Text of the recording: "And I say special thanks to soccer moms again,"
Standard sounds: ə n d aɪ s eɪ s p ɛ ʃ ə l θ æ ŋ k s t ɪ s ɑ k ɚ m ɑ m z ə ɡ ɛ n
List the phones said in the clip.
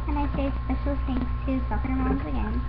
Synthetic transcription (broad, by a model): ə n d aɪ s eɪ s p ɛ ʃ ə l s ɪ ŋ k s t ɪ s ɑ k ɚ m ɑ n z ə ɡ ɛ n